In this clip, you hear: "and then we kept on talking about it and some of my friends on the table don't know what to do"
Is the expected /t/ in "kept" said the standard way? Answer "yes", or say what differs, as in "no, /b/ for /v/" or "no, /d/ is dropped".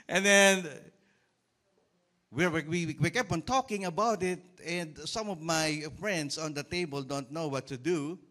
no, /t/ is dropped